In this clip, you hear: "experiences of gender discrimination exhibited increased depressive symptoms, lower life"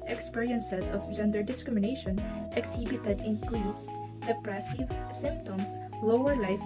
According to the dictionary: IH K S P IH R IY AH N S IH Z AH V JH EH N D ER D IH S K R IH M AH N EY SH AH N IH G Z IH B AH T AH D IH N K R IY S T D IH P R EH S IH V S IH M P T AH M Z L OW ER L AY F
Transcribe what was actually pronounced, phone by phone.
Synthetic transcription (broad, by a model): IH K S P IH R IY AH N S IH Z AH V JH EH N D ER D IH S K R IH M AH N EY SH AH N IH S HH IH B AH T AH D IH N K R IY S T D IH P R EH S IH V S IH M P T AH M S L OW ER L AY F